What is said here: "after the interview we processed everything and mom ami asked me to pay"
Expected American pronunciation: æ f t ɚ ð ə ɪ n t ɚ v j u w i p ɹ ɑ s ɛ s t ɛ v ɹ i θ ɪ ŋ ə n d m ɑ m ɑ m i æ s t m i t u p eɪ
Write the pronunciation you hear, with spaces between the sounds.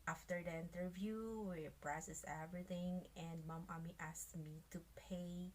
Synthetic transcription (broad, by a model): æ f t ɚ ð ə ɪ n t ɚ v j u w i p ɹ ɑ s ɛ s ɛ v ɹ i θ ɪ ŋ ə n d m ɑ m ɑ m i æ s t m i t u p eɪ